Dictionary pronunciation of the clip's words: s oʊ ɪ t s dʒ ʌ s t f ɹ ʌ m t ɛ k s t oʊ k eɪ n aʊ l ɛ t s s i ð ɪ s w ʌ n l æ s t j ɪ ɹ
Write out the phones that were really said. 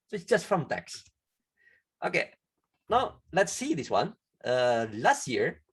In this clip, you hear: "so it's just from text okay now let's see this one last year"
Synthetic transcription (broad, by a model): s oʊ ɪ t s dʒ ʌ s t f ɹ ʌ m t ɛ k s t oʊ k eɪ n aʊ l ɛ t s s i ð ɪ s w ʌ n l æ s t j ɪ ɹ